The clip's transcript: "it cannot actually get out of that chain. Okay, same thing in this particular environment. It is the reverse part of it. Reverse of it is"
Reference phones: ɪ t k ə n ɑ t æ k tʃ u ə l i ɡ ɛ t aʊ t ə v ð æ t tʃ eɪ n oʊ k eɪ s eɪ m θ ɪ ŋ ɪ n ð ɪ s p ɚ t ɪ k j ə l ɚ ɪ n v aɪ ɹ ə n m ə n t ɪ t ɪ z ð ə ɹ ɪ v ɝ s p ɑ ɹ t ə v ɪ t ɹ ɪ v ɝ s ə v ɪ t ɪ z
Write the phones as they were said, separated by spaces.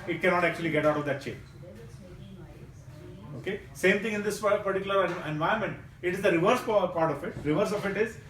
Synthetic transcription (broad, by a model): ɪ t k ə n ɑ t æ k tʃ u ə l i ɡ ɛ t aʊ t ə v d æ t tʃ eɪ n oʊ k eɪ s eɪ m t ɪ ŋ ɪ n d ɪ s p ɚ t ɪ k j l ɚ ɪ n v aɪ ə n m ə n t ɪ t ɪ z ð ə ɹ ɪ v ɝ s p ɑ ɹ t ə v ɪ t ɹ ɪ v ɝ s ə f ɪ t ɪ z